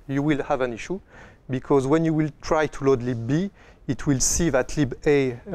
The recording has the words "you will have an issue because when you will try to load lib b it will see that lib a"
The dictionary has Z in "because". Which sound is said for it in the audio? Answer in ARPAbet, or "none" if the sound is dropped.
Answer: Z